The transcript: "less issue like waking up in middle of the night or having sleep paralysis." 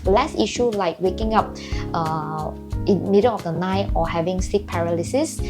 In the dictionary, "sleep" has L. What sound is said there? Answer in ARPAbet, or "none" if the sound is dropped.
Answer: none